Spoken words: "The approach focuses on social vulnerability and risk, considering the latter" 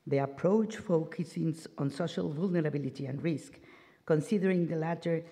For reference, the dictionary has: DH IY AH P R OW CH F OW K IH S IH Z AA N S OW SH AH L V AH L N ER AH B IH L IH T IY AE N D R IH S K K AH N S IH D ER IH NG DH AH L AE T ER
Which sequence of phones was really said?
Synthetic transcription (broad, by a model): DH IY AH P R OW CH F OW K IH S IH S AA N S OW SH AH L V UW L N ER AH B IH L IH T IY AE N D R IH S K K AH N S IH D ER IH NG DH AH L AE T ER